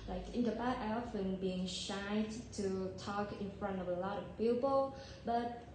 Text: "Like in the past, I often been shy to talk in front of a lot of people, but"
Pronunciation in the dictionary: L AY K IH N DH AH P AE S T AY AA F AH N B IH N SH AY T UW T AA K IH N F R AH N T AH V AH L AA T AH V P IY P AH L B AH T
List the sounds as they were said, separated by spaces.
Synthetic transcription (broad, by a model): L AY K IH N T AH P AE T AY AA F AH N B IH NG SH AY T UW T AA K IH N F R AH N T AH V AH L AA T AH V P IY P AH L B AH T